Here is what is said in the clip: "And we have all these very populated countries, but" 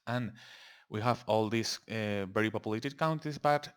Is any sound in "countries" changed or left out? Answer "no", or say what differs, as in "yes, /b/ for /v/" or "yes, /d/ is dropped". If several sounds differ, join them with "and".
yes, /ɹ/ is dropped